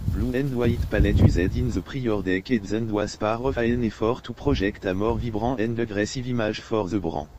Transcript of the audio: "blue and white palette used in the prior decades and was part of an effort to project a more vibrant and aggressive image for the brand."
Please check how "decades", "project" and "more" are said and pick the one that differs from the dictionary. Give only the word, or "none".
project